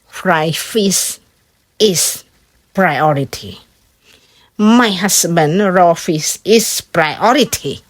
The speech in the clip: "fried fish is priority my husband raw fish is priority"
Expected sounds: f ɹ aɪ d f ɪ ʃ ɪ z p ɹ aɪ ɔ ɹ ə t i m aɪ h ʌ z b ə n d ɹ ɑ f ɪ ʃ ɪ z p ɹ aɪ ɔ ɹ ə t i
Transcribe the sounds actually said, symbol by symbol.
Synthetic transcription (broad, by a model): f ɹ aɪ f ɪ s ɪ s p ɹ aɪ ɔ ɹ ə t i m aɪ h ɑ s b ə n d ɹ ɑ f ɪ s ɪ s p ɹ aɪ ɔ ɹ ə t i